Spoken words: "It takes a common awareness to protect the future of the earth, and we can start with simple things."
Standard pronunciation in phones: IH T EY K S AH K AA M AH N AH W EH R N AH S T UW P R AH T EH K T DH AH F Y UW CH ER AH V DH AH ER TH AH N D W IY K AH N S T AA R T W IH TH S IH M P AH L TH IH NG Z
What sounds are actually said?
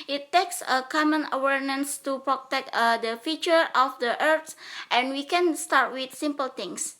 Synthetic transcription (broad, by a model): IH T EY K S AH K AA M AH N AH W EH R N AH S T UW P R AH T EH K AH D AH F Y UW CH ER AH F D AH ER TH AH N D W IY K AH N S T AA R T W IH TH S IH M P AH L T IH NG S